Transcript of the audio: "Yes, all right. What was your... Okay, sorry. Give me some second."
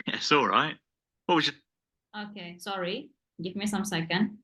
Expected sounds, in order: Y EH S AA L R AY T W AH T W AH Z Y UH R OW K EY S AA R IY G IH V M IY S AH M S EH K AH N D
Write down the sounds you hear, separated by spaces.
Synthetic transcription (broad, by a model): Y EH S AA L R AY T W AH T W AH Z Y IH OW K EY S AA R IY G IH V M IY S AH M S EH K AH N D